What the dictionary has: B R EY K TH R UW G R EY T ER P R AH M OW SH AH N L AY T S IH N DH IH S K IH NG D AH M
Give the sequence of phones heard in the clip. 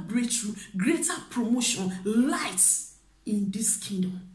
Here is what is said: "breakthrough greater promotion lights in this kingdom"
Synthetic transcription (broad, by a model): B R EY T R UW G R EY T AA P R AH M OW SH AH N L AY T S IH N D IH S K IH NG D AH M